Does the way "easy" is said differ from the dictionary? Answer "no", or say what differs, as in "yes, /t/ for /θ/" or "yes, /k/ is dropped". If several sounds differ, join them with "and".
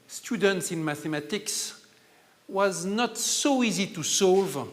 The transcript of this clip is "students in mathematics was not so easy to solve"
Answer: no